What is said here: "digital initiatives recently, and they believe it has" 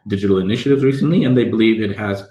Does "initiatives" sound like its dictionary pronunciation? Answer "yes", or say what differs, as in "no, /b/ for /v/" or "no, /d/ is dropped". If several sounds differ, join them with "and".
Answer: yes